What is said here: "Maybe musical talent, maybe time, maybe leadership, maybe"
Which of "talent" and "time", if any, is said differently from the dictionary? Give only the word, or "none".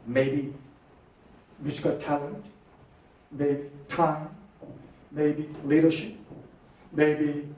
none